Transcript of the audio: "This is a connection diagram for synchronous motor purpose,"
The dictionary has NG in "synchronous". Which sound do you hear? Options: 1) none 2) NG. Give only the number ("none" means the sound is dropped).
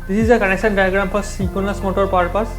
1